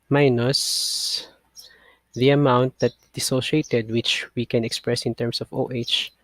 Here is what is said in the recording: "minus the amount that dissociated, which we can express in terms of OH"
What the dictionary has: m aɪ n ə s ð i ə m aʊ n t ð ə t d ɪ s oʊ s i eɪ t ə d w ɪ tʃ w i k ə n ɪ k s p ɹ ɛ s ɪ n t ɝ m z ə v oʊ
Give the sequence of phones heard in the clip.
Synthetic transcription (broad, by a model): m aɪ n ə s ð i ə m aʊ n t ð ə t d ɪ s oʊ ʃ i eɪ t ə d w ɪ tʃ w i k ə n ɪ k s p ɹ ɛ s ɪ n t ɝ m s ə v oʊ